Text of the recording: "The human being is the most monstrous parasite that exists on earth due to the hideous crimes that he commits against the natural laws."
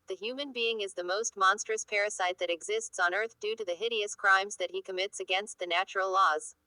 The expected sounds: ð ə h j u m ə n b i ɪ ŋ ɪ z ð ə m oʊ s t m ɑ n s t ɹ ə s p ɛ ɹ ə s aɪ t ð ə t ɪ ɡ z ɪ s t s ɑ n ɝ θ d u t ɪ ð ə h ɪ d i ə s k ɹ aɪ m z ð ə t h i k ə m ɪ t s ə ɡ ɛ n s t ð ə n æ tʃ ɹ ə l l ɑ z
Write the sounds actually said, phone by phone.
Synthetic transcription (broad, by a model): ð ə h j u m ə n b i ɪ ŋ ɪ z ð ə m oʊ s t m ɑ n s t ɹ ə s p ɛ ɹ ə s aɪ t ð ə t ɪ ɡ z ɪ s t s n ɝ θ d u t ɪ ð ə h ɪ d i ə s k ɹ aɪ m z ð ə t h i k ə m ɪ t s ə ɡ ɛ n s t ð ə n æ tʃ ɹ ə l l ɑ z